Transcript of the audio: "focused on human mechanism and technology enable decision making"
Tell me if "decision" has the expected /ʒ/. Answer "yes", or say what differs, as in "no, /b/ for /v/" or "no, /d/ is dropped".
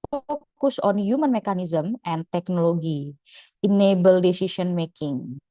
no, /s/ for /ʒ/